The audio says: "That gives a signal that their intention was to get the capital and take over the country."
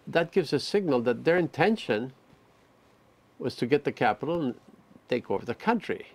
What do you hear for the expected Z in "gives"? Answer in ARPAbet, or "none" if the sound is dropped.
Z